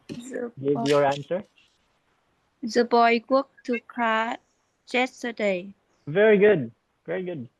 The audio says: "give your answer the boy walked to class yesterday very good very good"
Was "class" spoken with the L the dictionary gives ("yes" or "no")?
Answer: no